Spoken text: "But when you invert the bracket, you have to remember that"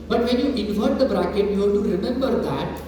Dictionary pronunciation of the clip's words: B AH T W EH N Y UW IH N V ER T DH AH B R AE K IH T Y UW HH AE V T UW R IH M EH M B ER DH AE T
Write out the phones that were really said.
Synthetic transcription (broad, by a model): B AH T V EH N Y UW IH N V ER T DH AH B R AE K IH T Y UW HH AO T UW R IH M EH M B ER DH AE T